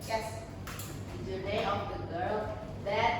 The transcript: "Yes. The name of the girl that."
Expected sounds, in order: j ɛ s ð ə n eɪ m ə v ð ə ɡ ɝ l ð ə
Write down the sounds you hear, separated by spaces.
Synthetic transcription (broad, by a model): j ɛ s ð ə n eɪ ə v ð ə ɡ ɝ l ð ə